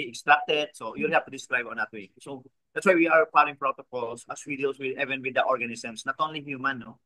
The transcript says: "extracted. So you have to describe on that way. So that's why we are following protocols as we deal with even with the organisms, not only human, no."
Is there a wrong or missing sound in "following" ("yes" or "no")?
yes